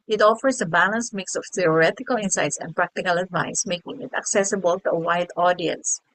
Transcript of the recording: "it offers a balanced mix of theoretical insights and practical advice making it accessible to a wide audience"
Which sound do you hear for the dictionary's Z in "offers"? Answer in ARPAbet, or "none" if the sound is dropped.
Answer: S